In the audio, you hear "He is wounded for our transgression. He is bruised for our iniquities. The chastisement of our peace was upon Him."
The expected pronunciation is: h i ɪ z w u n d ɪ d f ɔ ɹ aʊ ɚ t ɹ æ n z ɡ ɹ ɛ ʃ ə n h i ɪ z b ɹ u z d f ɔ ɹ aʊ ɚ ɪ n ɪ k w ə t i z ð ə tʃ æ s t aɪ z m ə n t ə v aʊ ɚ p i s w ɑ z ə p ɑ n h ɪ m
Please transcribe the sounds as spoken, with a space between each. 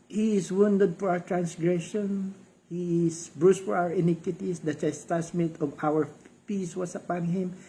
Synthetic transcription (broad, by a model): h i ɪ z w u n d ɪ d f ɔ ɹ aʊ ɚ t ɹ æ n s ɡ ɹ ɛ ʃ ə n h i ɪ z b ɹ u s f ɔ ɹ aʊ ɚ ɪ n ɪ k w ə t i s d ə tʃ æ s t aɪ s m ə t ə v aʊ ɚ p i s w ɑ s ə p ɑ n h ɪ m